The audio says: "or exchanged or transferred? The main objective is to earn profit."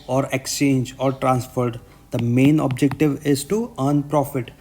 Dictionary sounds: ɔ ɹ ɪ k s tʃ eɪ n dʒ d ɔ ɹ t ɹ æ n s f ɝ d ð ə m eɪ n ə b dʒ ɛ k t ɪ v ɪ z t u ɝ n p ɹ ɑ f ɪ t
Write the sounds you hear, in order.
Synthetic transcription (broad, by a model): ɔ ɹ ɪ k s tʃ eɪ n dʒ ɔ ɹ t ɹ æ n s f ɝ d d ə m eɪ n ə b dʒ ɛ k t ɪ v ɪ z t u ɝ n p ɹ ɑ f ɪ t